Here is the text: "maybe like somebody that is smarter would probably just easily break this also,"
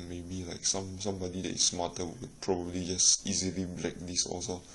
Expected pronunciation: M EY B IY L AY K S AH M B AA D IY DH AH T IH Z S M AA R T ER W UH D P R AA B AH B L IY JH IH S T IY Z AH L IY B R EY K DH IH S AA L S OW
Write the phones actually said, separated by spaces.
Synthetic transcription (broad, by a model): M EY B IY L AY K S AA M B AA D IY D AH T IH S M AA T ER W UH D P R AA B AH B L IY JH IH S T IY Z AH L IY B L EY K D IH S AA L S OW